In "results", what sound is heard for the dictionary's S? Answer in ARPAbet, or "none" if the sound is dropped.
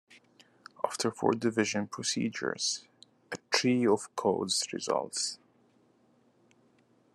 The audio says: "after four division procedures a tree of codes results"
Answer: S